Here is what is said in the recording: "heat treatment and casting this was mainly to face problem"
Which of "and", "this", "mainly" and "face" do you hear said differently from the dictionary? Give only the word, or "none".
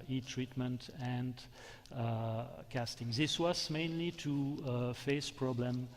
none